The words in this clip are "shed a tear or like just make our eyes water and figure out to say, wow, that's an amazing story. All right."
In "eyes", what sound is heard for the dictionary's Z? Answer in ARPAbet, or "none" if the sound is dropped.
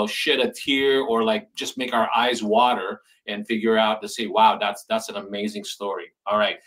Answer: Z